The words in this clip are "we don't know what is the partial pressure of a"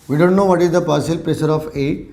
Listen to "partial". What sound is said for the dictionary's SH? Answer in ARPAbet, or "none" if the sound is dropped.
S